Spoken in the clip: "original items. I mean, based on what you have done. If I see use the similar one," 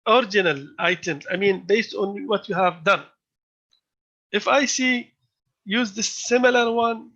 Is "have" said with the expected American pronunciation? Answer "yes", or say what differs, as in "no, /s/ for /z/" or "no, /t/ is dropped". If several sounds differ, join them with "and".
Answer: yes